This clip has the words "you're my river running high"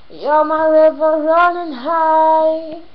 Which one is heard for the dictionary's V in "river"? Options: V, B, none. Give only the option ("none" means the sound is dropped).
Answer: V